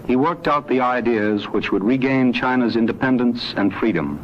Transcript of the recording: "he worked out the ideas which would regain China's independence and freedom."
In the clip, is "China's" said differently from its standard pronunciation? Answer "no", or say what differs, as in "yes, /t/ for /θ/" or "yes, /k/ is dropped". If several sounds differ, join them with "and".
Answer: no